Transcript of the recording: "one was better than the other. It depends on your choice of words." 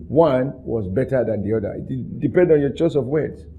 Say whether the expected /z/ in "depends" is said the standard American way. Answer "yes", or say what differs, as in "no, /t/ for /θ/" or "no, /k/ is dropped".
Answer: no, /z/ is dropped